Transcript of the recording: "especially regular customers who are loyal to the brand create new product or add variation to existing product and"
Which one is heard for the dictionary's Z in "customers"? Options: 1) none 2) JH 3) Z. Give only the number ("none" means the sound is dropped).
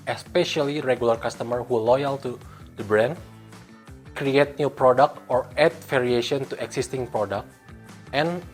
1